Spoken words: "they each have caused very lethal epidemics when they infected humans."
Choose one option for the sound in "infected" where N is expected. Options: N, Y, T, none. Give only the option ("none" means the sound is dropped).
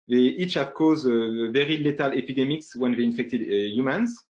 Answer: N